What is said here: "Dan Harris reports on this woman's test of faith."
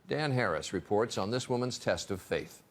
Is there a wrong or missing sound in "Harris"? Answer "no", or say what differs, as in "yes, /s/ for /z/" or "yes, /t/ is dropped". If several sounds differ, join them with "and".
no